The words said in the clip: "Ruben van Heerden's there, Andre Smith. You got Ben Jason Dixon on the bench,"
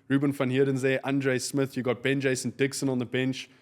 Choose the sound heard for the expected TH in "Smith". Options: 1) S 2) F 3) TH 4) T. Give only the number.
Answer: 3